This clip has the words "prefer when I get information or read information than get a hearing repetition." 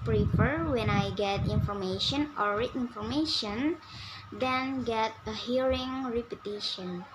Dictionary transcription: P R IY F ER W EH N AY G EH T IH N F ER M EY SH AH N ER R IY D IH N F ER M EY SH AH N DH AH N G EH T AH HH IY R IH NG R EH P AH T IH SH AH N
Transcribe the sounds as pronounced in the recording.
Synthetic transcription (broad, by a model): P R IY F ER W EH N AY G EH T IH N F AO M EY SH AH N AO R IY IH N F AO M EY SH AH N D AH N G EH T AH HH IY R IH NG R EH P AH T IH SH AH N